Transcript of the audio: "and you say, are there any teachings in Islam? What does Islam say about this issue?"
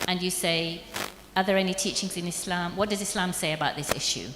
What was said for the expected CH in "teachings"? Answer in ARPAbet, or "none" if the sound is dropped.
CH